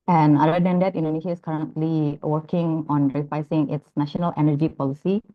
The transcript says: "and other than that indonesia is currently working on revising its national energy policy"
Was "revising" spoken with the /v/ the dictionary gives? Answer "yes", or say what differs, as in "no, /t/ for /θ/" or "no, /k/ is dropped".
no, /f/ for /v/